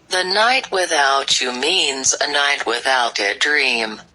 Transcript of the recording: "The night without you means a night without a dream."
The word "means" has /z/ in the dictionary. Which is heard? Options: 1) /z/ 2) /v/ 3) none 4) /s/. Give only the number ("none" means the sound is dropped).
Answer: 1